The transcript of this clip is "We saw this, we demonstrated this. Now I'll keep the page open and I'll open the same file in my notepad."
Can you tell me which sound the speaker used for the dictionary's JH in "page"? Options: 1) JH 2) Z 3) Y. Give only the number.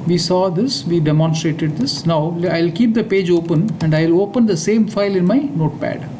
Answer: 1